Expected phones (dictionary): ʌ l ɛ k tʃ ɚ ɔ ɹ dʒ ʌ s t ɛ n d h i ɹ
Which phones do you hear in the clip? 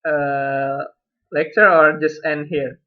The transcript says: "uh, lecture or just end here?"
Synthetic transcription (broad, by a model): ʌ l ɛ k tʃ ɚ ɔ ɹ dʒ ʌ s t ɛ n d h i ɹ